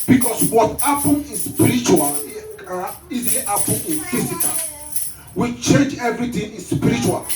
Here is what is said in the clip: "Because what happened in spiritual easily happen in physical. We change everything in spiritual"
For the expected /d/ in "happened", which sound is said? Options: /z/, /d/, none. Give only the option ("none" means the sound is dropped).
none